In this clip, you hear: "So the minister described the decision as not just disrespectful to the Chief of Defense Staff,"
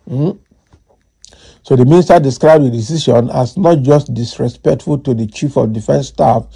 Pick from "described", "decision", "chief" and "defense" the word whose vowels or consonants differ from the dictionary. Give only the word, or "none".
decision